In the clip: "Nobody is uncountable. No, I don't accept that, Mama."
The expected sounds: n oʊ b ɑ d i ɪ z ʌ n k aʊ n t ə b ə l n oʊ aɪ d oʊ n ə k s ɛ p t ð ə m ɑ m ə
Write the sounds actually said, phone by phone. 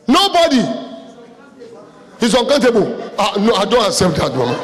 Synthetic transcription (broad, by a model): n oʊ b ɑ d i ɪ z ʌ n k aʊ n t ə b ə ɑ n oʊ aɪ d oʊ n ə s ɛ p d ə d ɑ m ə